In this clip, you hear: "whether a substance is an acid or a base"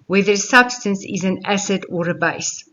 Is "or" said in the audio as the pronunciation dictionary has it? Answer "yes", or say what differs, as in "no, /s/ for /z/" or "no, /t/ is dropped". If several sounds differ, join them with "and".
yes